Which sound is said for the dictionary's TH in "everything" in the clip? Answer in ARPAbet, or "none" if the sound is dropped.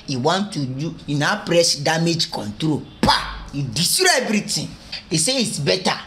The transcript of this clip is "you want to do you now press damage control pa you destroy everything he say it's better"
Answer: T